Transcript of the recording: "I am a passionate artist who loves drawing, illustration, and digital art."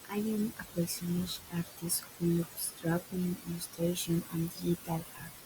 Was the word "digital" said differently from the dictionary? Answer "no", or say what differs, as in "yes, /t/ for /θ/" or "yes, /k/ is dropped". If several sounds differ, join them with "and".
yes, /dʒ/ is dropped